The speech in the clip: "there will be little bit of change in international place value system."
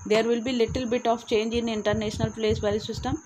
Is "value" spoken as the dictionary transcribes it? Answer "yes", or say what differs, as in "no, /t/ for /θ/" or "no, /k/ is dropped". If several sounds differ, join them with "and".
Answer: no, /l/ is dropped